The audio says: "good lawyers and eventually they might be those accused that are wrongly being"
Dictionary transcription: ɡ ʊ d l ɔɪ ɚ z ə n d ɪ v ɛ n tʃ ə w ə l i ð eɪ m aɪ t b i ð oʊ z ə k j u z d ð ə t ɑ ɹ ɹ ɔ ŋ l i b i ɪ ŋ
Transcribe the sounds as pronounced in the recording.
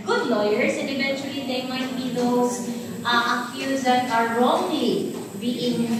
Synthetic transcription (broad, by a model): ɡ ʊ d l ɔɪ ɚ s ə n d ɪ v ɛ n tʃ ə w ə l i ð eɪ m aɪ t b i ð oʊ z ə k j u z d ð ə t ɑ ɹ ɹ ɔ ŋ l i b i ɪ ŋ